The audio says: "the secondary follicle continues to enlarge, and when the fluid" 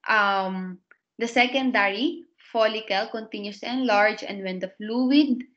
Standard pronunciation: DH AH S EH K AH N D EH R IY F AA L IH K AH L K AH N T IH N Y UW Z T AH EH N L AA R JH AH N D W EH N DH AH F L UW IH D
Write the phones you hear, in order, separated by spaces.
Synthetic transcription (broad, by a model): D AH S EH K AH N D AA R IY F AA L IH K AH L K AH N T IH N Y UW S EH N L AA R JH AH N D W EH N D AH F L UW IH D